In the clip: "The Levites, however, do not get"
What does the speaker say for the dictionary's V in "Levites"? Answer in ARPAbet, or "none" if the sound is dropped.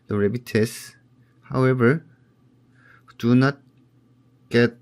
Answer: B